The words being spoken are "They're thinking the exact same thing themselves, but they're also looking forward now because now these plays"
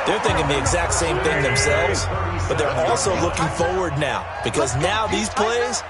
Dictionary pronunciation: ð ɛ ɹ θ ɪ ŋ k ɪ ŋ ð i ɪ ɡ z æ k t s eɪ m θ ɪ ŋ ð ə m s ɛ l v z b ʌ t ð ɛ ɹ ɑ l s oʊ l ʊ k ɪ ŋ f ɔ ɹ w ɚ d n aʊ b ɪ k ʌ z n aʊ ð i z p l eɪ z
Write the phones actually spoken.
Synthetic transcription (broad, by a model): ð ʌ ɹ θ ɪ ŋ k ɪ ŋ ð i ɪ ɡ z æ k t s eɪ m θ ɪ ŋ ð ə m s ɛ l v z b ʌ t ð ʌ ɹ ɑ l s oʊ l ʊ k ɪ ŋ f ɔ ɹ w ɚ d n aʊ b ɪ k ʌ z n aʊ ð i z p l eɪ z